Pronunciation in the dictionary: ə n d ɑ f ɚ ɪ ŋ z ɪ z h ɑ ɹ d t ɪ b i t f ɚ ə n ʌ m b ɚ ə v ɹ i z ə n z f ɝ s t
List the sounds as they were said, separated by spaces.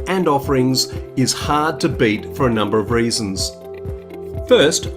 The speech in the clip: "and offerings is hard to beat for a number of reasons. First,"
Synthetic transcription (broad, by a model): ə n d ɑ f ɚ ɪ ŋ z ɪ z h ɑ ɹ d t ɪ b i t f ɚ ə n ʌ m b ɚ ə v ɹ i z ə n z f ɝ s t